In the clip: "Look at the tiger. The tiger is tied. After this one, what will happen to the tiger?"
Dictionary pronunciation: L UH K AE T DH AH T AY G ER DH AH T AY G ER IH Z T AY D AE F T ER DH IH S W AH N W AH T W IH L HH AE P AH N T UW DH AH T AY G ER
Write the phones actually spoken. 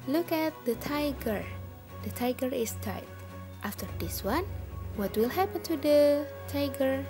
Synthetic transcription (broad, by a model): L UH K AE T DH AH T AY G ER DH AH T AY G ER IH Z T AY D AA F T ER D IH S W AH N W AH T W IH L HH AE P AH N T UW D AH T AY G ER